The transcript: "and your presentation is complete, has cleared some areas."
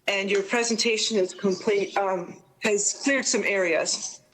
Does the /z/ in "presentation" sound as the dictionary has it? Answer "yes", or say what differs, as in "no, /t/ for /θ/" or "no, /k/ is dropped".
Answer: yes